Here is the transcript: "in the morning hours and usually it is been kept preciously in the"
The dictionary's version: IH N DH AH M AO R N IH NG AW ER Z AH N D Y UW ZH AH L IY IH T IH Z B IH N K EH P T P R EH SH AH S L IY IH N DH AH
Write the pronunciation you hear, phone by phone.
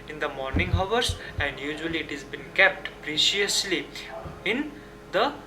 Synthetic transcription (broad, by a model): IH N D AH M AO R N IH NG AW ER S AH N D Y UW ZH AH L IY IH T IH Z B IH N K EH P T P R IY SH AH S L IY IH N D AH